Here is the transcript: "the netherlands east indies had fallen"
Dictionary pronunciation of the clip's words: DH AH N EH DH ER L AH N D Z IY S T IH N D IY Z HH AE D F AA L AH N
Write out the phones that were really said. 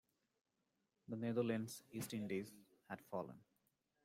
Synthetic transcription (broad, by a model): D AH N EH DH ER L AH N D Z IY S T IH N D IY Z HH AE D F AA L AH N